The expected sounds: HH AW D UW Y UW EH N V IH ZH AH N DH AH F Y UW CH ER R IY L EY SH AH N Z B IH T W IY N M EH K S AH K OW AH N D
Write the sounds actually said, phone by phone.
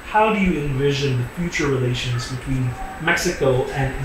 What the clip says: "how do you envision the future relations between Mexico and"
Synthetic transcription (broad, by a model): HH AW D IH Y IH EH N V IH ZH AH N DH AH F Y UW CH ER R IY L EY SH AH N Z B IH T W IY N M EH K S AH K OW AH N